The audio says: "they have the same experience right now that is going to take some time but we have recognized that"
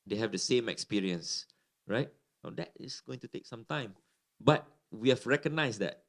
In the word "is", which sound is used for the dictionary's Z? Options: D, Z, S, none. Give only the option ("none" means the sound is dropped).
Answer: S